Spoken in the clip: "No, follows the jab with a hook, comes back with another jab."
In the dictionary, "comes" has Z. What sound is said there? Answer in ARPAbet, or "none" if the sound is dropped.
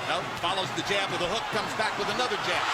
Z